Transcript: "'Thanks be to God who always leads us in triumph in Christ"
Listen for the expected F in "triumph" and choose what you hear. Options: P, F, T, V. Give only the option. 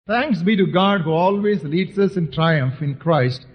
F